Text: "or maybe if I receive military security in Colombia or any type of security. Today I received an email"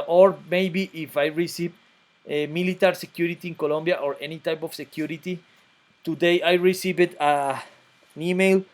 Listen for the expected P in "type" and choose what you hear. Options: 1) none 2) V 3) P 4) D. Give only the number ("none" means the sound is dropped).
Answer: 3